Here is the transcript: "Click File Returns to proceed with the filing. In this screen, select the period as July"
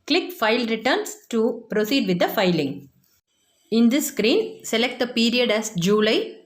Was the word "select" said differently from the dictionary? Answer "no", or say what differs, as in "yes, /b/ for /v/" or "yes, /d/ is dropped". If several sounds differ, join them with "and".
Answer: no